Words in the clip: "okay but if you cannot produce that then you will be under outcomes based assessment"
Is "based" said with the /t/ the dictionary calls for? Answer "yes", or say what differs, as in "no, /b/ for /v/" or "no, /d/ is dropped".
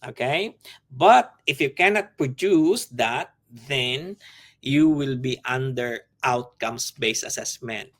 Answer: no, /t/ is dropped